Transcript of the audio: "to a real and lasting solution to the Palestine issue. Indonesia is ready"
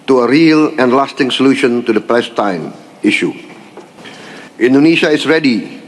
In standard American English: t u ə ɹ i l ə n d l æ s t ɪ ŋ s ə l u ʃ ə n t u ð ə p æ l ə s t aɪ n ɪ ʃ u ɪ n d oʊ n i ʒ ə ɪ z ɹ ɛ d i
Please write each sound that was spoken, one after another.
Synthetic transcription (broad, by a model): t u ə ɹ i l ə n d l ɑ s t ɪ ŋ s ə l u ʃ ə n t u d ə p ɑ ə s t aɪ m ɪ ʃ u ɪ n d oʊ n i ʃ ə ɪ s ɹ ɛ d i